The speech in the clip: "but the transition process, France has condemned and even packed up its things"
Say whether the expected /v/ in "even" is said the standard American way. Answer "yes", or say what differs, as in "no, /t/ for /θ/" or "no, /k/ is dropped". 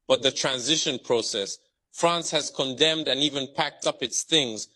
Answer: yes